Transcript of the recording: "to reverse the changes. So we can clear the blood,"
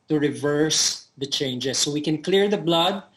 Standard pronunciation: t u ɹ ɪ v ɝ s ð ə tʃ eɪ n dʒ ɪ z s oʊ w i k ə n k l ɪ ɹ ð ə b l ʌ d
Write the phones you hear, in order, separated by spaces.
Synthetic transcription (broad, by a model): t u ɹ ɪ v ɝ s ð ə tʃ eɪ n dʒ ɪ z s oʊ w i k ə n k l ɪ ɹ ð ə b l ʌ d